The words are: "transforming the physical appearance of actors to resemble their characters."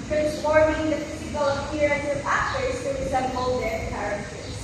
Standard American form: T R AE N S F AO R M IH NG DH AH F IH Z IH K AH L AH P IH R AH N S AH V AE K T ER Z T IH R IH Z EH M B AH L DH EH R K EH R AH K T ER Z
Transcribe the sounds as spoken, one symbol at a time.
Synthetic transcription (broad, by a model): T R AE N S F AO R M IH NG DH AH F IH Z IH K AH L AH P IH R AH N AH F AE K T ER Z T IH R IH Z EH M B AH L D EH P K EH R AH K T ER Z